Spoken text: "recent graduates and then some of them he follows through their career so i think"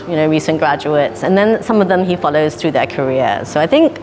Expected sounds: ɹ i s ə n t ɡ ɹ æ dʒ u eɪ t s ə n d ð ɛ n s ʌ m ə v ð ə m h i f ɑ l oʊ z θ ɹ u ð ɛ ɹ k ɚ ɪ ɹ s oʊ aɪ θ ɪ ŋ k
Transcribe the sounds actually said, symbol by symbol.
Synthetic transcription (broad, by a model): ɹ i s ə n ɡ ɹ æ dʒ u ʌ t s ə n ð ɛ n s ʌ m ə v ð ə m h i f ɑ l oʊ z θ ɹ u ð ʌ ɹ k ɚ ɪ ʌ s oʊ aɪ θ ɪ ŋ k